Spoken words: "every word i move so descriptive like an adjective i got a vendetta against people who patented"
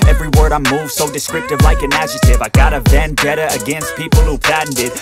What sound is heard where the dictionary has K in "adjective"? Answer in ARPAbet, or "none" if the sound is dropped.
none